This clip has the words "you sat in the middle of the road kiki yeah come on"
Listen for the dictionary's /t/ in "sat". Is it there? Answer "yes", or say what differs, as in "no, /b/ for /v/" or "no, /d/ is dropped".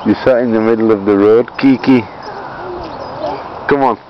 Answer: no, /t/ is dropped